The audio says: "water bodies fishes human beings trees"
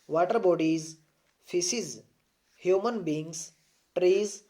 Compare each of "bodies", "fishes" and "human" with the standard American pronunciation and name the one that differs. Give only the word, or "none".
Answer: fishes